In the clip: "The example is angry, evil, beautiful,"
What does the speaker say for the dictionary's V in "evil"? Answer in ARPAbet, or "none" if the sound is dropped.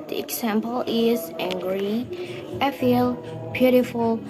F